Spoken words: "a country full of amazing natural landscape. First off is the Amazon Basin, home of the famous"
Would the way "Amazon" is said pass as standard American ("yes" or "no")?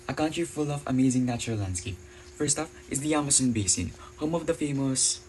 no